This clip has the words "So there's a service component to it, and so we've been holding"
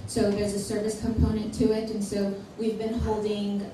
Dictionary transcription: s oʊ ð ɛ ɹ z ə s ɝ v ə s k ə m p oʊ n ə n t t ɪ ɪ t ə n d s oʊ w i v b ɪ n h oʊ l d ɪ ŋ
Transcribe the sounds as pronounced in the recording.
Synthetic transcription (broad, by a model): s oʊ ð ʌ ɹ z ə s ɝ v ə s k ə m p oʊ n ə n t t ɪ ɪ t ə n s oʊ w i v b ɪ n h oʊ l d ɪ ŋ